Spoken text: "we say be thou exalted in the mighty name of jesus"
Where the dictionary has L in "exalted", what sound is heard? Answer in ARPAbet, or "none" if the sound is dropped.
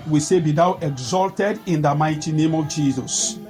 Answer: L